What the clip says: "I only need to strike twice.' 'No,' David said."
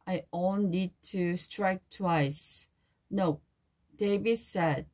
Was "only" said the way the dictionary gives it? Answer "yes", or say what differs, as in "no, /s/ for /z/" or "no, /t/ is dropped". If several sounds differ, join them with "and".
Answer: no, /n/ is dropped